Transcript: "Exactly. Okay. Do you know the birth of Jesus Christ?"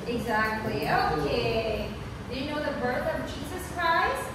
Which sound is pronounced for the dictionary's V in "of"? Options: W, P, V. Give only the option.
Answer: V